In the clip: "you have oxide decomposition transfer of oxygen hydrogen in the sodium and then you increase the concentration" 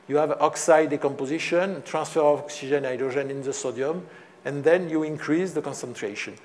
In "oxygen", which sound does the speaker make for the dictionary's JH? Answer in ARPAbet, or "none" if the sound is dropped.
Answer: ZH